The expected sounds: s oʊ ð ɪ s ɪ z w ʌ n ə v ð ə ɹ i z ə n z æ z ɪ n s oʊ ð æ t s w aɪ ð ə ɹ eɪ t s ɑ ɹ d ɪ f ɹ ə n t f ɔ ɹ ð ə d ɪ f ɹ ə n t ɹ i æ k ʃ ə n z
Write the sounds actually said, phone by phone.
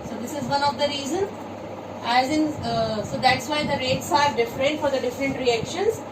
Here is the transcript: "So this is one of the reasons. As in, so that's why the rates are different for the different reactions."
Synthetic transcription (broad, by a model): s oʊ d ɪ s ɪ z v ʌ n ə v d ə ɹ i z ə n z æ z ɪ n s oʊ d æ t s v aɪ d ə ɹ eɪ t s ɑ ɹ d ɪ f ɹ ə n t f ɔ ɹ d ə d ɪ f ɹ ə n t ɹ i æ k ʃ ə n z